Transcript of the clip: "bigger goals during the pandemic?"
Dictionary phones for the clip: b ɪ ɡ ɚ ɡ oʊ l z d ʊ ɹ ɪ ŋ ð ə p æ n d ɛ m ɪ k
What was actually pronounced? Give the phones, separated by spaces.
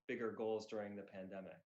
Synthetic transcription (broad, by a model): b ɪ ɡ ɚ ɡ oʊ l z d ʊ ɹ ɪ ŋ ð ə p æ n d ɛ m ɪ k